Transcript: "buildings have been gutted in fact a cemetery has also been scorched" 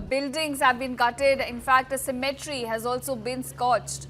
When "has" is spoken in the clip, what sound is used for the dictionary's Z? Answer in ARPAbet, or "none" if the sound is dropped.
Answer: Z